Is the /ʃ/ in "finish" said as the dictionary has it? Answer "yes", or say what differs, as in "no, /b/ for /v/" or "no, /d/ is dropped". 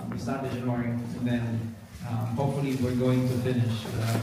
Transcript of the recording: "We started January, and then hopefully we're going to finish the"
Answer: yes